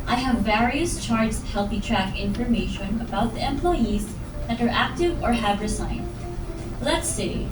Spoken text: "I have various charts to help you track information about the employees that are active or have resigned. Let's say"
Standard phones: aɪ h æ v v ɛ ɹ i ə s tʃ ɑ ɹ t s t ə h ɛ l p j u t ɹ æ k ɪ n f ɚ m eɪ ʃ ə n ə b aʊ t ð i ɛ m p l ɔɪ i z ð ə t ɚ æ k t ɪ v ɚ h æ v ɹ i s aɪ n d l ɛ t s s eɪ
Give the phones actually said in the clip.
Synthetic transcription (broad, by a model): aɪ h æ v v ɛ ɹ i ə s tʃ ɑ ɹ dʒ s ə h ɛ l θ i t ɹ æ k ɪ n f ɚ m eɪ ʃ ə n ə b aʊ t ð i ɛ m p l ɔɪ i z ð ə t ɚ æ k t ɪ v ɚ h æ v ɹ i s aɪ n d l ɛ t s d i